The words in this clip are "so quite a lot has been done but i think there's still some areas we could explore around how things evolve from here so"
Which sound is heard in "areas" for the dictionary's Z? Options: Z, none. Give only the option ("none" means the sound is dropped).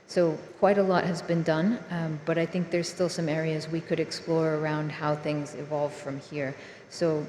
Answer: Z